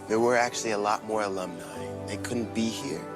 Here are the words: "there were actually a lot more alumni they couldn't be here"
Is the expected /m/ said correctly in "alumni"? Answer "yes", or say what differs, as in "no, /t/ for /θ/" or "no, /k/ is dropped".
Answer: yes